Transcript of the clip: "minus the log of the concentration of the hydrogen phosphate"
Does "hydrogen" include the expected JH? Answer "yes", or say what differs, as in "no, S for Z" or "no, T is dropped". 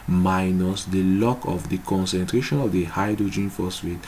yes